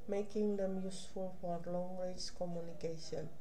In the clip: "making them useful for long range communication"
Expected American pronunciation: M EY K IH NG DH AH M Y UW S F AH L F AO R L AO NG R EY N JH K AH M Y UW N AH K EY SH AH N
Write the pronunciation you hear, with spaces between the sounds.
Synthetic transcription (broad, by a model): M EY K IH NG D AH M Y UW S F AH L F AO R L AO NG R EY JH K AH M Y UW N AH K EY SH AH N